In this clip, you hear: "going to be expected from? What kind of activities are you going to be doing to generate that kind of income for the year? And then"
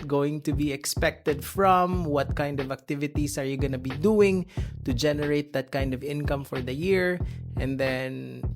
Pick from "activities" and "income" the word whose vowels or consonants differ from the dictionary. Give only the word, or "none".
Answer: activities